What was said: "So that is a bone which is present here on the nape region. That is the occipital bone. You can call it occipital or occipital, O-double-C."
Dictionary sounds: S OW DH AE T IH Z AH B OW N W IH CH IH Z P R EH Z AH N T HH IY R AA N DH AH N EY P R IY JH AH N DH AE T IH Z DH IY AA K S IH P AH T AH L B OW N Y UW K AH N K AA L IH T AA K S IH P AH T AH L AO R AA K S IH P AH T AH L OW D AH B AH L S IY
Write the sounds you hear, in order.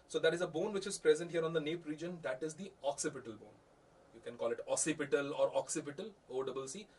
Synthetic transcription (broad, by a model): S OW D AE T IH Z AH B OW N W IH CH IH Z P R EH Z AH N T HH IY R AA N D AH N EY P R IY JH AH N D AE T IH Z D IY AA K S IH P AH T AH L B OW N Y UW K AH N K AA L IH T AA S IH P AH T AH L AO R AA K S IH P AH T AH L OW D AH B AH L S IY